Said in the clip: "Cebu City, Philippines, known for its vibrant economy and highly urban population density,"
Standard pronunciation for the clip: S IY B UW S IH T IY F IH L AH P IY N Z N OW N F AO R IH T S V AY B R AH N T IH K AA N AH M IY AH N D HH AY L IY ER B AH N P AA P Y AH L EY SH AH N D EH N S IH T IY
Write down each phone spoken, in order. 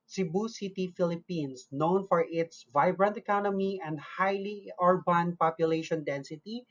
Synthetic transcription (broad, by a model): S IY B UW S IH T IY F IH L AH P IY N S N OW N F AO R IH T S V AY B R AH N T IH K AA N AH M IY AH N D HH AY L IY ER B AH N P AA P Y AH L EY SH AH N D EH N S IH T IY